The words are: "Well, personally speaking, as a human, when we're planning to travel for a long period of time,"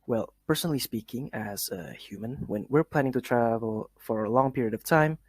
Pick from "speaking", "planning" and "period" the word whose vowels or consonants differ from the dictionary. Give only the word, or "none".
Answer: none